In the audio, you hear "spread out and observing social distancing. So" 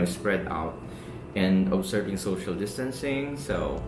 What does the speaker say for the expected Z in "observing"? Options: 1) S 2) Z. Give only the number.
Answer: 1